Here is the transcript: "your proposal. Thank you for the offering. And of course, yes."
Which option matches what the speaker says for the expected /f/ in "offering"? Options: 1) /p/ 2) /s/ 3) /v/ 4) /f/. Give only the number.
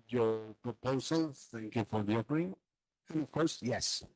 1